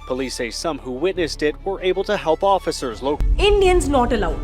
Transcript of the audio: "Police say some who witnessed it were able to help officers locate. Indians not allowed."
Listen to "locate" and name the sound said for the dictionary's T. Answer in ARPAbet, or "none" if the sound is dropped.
none